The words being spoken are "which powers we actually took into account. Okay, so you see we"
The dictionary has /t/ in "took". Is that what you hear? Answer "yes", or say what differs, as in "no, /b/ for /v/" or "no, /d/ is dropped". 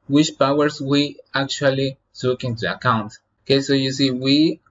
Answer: no, /s/ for /t/